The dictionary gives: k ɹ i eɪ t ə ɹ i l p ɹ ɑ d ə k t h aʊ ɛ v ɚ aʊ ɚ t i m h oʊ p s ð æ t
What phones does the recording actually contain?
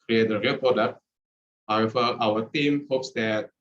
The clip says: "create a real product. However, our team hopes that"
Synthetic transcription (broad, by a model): ɹ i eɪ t ə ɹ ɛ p ɑ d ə t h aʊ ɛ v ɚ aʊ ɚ t i m h oʊ p s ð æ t